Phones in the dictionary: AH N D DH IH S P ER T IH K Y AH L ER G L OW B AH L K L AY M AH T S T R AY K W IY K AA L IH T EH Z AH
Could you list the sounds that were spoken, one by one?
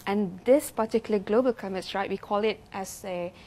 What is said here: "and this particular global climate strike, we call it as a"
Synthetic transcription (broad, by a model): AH N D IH S P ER T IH K Y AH L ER G L OW B AH L K AY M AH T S R AY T W IY K AA L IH T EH S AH